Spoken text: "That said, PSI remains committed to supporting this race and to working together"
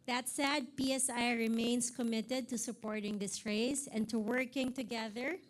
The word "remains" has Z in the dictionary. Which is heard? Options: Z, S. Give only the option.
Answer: S